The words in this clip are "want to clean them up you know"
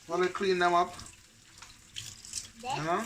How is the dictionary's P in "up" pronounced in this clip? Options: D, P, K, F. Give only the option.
P